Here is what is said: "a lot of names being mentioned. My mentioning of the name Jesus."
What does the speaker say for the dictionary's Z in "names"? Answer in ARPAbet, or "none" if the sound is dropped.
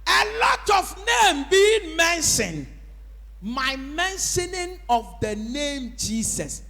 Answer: none